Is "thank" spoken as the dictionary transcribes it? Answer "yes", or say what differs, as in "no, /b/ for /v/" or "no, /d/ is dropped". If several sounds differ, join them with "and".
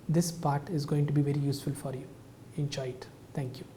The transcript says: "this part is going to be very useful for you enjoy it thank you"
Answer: no, /t/ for /θ/